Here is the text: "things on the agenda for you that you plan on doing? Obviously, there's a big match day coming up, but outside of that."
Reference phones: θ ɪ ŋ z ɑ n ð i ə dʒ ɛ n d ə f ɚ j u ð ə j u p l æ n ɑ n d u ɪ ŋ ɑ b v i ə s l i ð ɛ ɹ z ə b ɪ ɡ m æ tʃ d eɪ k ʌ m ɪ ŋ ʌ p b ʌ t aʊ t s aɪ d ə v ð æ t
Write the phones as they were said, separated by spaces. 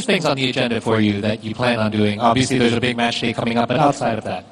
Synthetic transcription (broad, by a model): θ ɪ ŋ z n ð i ə dʒ ɛ n d ə f ɚ j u ð ə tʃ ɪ p l æ n n d u ɪ ŋ ɑ b v i ə s l i ð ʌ ɹ z ə b ɪ ɡ m æ tʃ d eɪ k ʌ m ɪ ŋ ʌ p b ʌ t aʊ t s aɪ d ə v ð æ t